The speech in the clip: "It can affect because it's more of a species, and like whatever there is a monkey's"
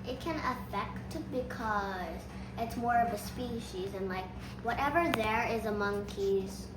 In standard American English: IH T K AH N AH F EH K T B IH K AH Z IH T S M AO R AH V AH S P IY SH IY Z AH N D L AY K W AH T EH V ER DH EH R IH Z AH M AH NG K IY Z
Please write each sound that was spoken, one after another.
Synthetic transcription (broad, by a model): IH T K AH N AH F EH K T B IH K AH Z IH T S M AO R AH V AH S P IY SH IY Z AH N L AY K W AH T EH V ER DH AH R IH Z AH M AH NG K IY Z